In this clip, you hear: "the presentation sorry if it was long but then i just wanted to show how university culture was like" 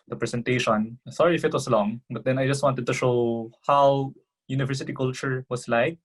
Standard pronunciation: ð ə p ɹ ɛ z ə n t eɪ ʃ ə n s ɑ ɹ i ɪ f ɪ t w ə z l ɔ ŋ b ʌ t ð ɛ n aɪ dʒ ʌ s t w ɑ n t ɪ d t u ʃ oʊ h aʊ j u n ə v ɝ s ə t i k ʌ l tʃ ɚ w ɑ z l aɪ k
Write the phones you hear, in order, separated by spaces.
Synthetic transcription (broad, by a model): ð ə p ɹ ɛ s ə n t eɪ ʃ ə n s ɑ ɹ i ɪ f ɪ t w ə s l ɔ ŋ b ʌ t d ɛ n aɪ dʒ ʌ s t w ɑ n t ɪ d t u ʃ oʊ h aʊ j u n ə v ɝ s ə t i k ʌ l tʃ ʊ w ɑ s l aɪ k